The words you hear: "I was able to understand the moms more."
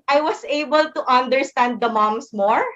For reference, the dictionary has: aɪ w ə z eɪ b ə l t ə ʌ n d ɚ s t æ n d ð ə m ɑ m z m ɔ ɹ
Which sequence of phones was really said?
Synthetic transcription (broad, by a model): aɪ w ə s eɪ b ə l t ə ʌ n d ɚ s t æ n d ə m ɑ m s m ɔ ɹ